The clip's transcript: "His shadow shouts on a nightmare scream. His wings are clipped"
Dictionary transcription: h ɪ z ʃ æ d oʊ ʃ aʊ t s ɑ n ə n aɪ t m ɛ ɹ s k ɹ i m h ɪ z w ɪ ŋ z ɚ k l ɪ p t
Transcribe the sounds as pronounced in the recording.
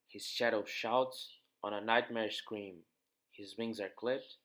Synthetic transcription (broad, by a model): h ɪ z ʃ æ d oʊ ʃ aʊ t s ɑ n ə n aɪ t m ɛ ɹ s k ɹ i m h ɪ z w ɪ ŋ z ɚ k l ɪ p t